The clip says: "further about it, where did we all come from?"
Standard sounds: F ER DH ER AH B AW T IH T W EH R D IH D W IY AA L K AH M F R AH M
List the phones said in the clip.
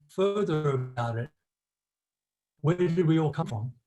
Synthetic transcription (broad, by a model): F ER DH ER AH AW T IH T W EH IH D W IY AA L K AH M F R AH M